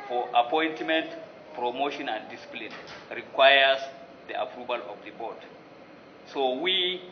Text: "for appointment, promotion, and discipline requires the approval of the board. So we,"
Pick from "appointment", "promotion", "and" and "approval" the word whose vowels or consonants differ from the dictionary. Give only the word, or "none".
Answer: none